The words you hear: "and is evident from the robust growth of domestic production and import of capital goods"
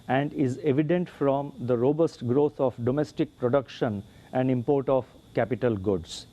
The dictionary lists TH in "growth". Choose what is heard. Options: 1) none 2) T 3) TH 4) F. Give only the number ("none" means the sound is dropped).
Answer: 2